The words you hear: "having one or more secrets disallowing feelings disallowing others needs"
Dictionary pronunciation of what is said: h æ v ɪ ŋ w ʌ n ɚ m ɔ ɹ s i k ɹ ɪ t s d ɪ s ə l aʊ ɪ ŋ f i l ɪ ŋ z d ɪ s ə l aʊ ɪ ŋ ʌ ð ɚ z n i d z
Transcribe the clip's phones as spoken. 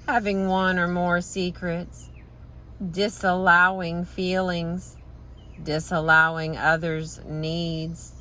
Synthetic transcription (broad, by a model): h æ v ɪ ŋ w ʌ n ɚ m ɔ ɹ s i k ɹ ɪ t s d ɪ s ə l aʊ ɪ ŋ f i l ɪ ŋ z d ɪ s ə l aʊ ɪ ŋ ʌ ð ɚ z n i d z